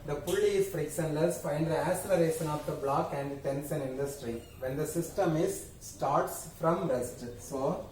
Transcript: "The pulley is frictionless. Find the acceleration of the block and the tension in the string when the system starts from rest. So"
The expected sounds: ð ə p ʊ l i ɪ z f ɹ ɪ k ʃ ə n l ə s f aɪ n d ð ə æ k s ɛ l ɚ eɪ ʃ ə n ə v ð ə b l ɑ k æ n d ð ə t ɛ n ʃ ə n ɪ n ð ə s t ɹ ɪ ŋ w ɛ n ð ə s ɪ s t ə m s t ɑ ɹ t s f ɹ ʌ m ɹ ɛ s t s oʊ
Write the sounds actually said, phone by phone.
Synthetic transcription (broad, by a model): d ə p ʊ l i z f ɹ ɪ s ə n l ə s f aɪ n d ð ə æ s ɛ l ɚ eɪ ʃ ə n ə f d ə b l ɑ k æ n d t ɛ n s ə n ɪ n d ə s t ɹ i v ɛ n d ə s ɪ s t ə m s t ɑ ɹ t s f ɹ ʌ m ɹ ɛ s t s oʊ